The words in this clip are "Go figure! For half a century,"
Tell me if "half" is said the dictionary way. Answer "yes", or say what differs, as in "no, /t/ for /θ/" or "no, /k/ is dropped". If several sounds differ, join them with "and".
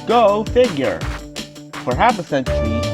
no, /p/ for /f/